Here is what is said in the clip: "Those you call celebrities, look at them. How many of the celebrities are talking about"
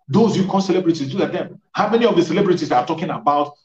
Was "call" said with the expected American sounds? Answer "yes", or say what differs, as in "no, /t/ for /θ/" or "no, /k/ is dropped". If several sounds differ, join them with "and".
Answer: no, /n/ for /l/